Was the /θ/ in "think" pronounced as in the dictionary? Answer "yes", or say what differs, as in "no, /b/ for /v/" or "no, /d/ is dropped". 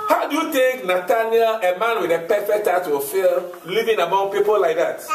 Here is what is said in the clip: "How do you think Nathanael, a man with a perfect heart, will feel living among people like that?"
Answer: no, /t/ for /θ/